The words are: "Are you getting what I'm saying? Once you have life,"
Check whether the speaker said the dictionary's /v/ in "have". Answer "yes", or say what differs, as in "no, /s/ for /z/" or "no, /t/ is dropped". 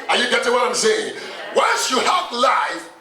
no, /p/ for /v/